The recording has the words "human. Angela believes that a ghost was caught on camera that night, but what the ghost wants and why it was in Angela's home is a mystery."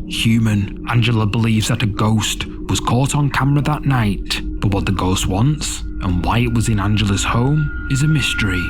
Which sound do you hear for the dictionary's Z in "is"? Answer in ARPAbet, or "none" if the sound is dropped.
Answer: Z